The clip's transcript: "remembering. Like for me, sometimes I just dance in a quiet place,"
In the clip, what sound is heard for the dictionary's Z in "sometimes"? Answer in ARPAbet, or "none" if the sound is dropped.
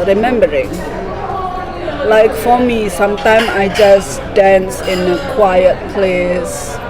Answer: none